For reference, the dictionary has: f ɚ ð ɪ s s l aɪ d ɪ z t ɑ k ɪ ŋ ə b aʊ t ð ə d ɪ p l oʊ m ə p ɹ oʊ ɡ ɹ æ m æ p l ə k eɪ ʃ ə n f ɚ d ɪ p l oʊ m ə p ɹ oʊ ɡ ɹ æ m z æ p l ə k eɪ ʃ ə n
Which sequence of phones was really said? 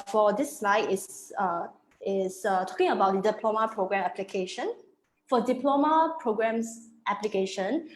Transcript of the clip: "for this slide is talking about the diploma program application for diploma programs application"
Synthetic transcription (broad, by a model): f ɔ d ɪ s s l aɪ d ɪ s t ɑ k ɪ ŋ ə b aʊ t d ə d ɪ p l oʊ m ə p ɹ oʊ ɡ ɹ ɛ m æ p l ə k eɪ ʃ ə n f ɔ d ɪ p l oʊ m ə p ɹ oʊ ɡ ɹ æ m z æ p l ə k eɪ ʃ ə n